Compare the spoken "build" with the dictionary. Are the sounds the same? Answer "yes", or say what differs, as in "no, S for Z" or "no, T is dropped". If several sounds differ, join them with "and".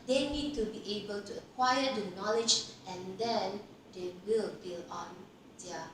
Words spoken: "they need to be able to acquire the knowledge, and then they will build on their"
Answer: no, D is dropped